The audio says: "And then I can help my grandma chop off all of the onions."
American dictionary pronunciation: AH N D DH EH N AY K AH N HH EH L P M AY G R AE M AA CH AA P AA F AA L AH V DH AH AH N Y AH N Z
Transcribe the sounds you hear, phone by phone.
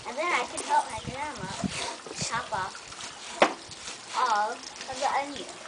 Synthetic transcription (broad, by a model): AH N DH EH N AY K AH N HH EH L P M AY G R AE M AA SH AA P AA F AA L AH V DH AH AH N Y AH